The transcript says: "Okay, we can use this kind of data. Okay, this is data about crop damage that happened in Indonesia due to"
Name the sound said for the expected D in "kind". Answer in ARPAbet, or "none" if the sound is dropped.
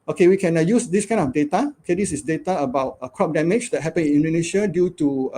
none